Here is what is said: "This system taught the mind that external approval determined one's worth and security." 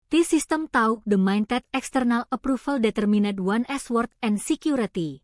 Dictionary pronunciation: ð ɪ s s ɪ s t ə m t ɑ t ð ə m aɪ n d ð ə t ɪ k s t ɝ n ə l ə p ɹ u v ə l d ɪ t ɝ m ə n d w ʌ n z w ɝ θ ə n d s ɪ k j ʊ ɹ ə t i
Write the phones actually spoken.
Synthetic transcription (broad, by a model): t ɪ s s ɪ s t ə m t ɑ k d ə m aɪ n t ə t ɪ k s t ɝ n ə l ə p ɹ u f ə l d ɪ t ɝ m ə n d w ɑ n s w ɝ t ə n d s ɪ k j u ɹ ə t i